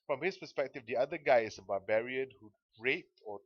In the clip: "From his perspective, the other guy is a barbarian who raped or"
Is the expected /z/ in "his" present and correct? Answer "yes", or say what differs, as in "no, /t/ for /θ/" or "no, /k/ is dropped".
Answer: no, /s/ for /z/